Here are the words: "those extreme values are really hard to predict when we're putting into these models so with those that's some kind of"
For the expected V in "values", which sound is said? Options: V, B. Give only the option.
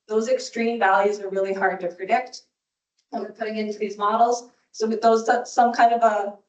V